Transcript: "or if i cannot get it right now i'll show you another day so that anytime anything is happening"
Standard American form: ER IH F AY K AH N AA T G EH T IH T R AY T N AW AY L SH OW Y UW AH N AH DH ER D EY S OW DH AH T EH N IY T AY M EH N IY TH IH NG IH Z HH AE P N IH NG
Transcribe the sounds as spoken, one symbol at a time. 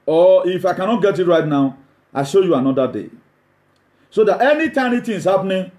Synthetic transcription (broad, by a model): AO IH F AY K AH N AA T G EH T IH T R AY T N AW AY SH OW Y UW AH N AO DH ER D EY S OW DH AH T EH N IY T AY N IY T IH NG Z HH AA P N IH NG